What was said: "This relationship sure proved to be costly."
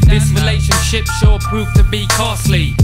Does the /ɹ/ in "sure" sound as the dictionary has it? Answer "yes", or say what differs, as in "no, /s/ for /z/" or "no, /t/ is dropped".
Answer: no, /l/ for /ɹ/